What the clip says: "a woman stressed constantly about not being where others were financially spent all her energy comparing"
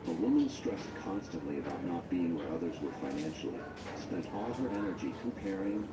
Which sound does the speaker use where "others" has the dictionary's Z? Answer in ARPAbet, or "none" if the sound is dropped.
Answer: Z